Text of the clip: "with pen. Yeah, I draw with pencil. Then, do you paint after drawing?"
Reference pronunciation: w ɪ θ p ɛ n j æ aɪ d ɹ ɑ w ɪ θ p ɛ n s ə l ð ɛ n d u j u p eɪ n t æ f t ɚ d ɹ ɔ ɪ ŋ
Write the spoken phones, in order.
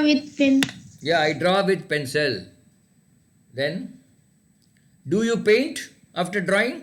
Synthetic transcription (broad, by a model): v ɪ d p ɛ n j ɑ aɪ d ɹ ɑ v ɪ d p ɛ n s ə l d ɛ n d u j u p eɪ n t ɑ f t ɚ d ɹ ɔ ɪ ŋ